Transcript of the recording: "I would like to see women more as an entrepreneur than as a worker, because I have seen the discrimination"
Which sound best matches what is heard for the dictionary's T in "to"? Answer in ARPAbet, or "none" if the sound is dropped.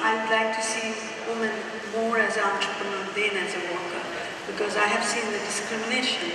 T